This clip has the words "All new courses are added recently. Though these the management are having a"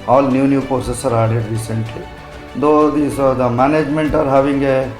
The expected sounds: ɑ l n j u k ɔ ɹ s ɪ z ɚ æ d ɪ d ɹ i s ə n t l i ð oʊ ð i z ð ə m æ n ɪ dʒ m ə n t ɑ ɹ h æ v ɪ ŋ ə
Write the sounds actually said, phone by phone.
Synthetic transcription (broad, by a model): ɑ l n j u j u ɹ s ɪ s ɚ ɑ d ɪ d ɹ i s ə n t l i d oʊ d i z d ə m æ n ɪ dʒ m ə n t ɑ ɹ h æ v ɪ ŋ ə